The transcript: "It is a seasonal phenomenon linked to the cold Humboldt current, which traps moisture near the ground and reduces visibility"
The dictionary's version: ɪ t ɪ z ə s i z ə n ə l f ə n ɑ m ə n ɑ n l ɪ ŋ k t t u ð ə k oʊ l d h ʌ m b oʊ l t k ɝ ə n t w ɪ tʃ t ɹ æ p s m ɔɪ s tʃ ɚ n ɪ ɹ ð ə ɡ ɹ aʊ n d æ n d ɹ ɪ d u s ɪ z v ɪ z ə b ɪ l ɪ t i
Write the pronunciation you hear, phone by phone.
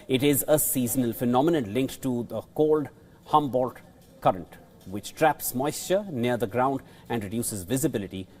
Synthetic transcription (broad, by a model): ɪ t ɪ z ə s i z ə n ə l f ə n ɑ m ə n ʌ n l ɪ ŋ k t t u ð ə k oʊ l d h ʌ m b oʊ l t k ɝ ə n t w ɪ tʃ t ɹ æ p s m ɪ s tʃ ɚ n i ɹ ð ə ɡ ɹ aʊ n d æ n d ɹ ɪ d u s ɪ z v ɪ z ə b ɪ l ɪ t i